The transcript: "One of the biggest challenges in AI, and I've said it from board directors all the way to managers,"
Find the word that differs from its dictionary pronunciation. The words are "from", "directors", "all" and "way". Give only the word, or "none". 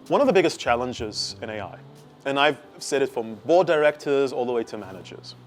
none